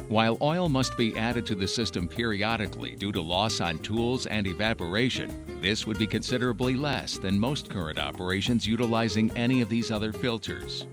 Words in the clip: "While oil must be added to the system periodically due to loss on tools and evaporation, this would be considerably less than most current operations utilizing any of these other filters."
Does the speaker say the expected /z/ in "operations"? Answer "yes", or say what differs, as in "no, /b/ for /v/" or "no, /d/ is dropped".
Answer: yes